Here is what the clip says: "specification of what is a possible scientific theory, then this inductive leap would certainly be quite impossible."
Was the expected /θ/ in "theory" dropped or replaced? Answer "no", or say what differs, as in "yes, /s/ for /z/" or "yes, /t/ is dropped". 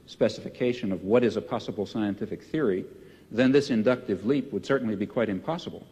no